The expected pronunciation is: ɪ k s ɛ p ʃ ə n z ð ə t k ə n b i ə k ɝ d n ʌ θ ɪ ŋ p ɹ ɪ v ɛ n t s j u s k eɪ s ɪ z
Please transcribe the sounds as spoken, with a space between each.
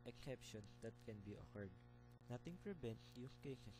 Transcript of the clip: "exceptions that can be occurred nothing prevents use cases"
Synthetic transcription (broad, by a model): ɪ k s ɛ p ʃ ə n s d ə t k ə n b i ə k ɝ d n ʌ t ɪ ŋ p ɹ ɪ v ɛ n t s j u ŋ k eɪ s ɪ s